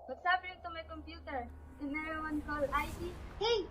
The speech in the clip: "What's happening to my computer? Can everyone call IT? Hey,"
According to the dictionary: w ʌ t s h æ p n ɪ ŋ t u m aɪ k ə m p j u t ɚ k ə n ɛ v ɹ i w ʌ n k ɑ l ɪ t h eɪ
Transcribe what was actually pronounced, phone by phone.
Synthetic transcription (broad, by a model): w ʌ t s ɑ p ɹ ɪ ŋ t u m aɪ k ə m p j u t ɚ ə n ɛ ɹ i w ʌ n k ɑ l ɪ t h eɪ